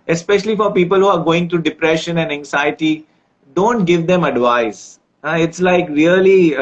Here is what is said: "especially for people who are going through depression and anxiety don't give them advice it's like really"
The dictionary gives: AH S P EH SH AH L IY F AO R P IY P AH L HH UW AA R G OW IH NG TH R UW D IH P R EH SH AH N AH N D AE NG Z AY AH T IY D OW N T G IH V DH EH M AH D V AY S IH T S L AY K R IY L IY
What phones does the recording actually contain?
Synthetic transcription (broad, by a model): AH S P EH SH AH L IY F AO R P IY P AH L HH UW AA R G OW IH NG T R UW D IH P R EH SH AH N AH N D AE NG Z AY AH T IY D OW N T G IH V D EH M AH D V AY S IH T S L AY K R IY L IY